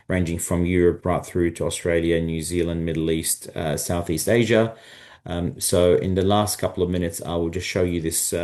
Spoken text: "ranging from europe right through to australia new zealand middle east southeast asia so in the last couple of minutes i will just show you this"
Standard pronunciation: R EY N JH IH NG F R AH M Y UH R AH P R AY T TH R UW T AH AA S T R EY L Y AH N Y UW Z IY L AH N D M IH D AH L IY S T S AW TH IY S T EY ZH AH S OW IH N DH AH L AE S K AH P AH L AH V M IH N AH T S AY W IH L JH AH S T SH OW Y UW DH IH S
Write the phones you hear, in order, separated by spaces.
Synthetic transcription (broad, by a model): R EY N JH IH NG F R AH M Y UH R AH P R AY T TH R UW T AH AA S T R EY L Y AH N Y UW Z IY L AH N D M IH D L IY S T S AW TH IY S T EY ZH AH S OW IH N DH AH L AE S K AH P L AH V M IH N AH T S AY W IH L JH AH S T SH OW Y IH DH IH S